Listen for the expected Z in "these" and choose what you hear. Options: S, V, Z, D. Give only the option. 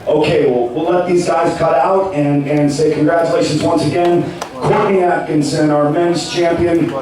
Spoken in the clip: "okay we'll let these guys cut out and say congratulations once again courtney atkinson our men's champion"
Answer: Z